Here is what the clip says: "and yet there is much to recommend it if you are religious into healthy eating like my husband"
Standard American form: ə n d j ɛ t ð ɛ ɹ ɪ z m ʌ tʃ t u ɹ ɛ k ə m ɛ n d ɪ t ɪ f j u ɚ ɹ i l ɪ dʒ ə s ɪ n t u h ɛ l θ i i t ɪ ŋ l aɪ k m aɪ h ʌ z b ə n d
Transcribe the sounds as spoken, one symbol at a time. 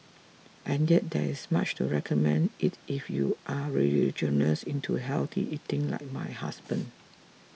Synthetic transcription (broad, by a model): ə n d j ɛ t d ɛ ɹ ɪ s m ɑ tʃ t u ɹ ɛ k ə m ɛ n d ɪ t ɪ f j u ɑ ɹ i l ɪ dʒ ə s ɪ n t u h ɛ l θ i i t ɪ ŋ l aɪ k m aɪ h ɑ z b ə n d